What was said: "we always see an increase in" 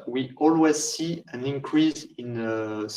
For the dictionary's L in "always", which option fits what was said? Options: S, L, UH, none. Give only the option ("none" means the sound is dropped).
L